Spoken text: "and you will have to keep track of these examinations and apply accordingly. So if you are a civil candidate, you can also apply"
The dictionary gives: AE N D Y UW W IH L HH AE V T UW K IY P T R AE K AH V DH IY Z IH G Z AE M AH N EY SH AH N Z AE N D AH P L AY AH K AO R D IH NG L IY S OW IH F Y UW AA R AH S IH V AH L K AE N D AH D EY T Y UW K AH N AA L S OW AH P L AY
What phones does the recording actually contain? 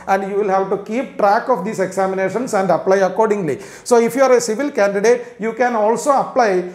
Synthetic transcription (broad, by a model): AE N D Y UW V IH L HH AE V T UW K IY P T R AE K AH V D IY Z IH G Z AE M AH N EY SH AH N S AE N D AH P L AY AH K AO R D IH NG L IY S OW IH F Y UW AA R AH S IH V AH L K AE N D AH D EY T Y UW K AH N AA L S OW AH P L AY